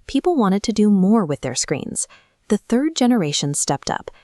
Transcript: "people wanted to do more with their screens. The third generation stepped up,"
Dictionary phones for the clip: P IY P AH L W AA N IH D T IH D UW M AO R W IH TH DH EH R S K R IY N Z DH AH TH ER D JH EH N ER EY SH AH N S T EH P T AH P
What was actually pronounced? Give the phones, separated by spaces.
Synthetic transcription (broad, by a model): P IY P L W AA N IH D T IH D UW M AO R W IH DH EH R S K R IY N Z DH AH TH ER D JH EH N ER EY SH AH N S T EH P T AH P